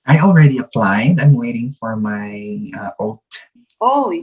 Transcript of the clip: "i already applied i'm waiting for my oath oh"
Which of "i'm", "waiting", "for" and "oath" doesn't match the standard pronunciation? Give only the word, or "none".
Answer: oath